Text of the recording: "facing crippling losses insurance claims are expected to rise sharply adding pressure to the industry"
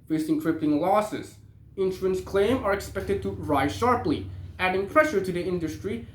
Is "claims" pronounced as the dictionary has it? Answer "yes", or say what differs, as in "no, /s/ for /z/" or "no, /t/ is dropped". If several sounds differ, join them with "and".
no, /z/ is dropped